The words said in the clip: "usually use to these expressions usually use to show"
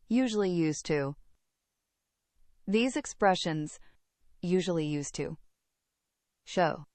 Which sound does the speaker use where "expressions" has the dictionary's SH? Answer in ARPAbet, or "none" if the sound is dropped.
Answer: SH